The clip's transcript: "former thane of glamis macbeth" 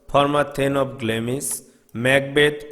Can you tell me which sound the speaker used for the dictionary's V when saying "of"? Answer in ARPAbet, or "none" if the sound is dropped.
P